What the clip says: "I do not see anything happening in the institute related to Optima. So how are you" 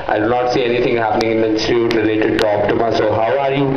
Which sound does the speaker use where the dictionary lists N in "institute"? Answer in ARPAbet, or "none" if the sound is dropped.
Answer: none